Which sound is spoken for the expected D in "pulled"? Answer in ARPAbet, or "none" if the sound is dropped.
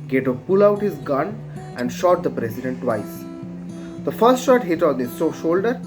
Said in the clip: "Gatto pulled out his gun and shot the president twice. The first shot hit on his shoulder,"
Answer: none